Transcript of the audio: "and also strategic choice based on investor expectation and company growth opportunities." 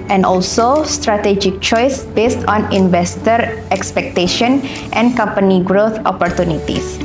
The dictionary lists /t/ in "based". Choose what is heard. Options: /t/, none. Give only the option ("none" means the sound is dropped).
/t/